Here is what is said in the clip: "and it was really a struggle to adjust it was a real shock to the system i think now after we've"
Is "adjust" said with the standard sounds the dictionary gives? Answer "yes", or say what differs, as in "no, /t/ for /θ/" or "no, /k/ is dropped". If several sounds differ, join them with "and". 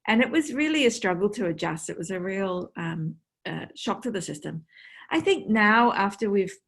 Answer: yes